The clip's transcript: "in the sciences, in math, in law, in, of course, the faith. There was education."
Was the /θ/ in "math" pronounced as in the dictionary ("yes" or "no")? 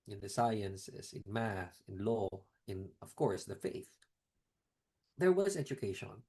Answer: no